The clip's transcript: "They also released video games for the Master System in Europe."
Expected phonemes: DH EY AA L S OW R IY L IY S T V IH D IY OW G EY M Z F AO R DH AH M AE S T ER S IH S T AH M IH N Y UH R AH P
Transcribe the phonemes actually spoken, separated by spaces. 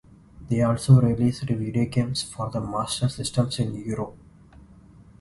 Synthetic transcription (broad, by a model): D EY AA L S OW R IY L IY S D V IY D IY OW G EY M S F AO R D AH M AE S T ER S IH S T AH M IH N Y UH R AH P